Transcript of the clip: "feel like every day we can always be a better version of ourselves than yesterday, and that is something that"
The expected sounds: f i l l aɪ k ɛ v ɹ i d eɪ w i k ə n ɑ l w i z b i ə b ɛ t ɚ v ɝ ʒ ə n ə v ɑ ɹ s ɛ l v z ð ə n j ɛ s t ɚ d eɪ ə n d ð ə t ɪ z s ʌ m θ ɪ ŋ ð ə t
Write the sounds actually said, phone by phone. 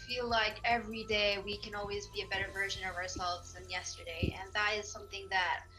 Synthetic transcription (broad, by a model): f i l l aɪ k ɛ v ɹ i d eɪ w i k ə n ɑ l w i z b i ə b ɛ t ɚ v ɝ ʒ ə n ə v ɑ ɹ s ɛ l v z ð ə n j ɛ s t ɚ d eɪ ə n ð ə t ɪ z s ʌ m θ ɪ ŋ ð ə t